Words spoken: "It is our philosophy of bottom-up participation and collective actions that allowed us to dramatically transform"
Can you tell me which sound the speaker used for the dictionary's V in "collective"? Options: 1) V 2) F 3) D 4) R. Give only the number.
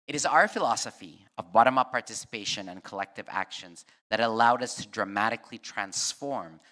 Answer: 1